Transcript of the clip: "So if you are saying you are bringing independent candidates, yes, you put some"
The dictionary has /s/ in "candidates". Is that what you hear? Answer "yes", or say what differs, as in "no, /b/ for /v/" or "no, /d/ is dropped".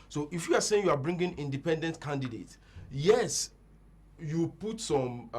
no, /s/ is dropped